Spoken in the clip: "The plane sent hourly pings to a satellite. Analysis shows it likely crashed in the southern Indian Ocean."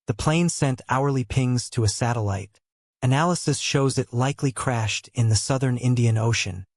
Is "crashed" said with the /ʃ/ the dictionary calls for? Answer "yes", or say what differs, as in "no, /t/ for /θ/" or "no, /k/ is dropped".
yes